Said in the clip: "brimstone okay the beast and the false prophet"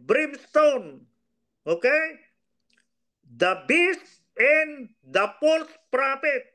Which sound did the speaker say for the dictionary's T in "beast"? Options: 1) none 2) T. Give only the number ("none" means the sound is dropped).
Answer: 1